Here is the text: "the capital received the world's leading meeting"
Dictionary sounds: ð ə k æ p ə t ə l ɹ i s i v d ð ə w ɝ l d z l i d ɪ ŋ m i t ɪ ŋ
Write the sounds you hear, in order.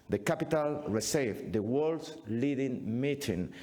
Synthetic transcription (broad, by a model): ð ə k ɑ p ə t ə l ɹ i s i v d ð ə w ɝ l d s l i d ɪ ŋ m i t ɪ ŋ